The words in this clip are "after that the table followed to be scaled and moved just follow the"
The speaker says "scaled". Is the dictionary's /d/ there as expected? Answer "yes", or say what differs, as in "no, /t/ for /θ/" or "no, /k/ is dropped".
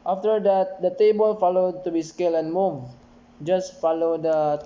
no, /d/ is dropped